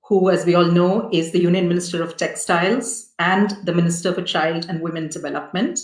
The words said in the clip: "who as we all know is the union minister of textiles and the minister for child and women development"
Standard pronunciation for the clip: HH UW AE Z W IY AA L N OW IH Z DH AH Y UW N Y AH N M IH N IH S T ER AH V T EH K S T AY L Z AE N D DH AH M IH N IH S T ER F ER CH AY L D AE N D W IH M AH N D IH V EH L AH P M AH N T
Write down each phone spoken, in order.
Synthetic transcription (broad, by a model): HH UW AE Z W IY AA L N OW IH Z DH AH Y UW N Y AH N M IH N IH S T ER AH V T EH K S T AY L Z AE N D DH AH M IH N IH S T ER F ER CH AY L D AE N D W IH M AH N D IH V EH L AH P M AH N T